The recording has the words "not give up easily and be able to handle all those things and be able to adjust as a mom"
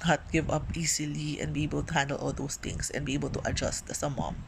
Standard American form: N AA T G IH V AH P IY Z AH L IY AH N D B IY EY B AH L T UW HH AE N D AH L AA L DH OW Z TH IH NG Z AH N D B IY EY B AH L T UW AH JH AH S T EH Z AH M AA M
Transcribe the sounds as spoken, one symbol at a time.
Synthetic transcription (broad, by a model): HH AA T G IH V AH P IY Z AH L IY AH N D B IY EY B AH L T UW HH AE N D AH L AA L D OW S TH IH NG S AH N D B IY EY B AH L T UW AH JH AH S T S AH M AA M